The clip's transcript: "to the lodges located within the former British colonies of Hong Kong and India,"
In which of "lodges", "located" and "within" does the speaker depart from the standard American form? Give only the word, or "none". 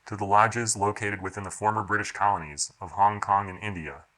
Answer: none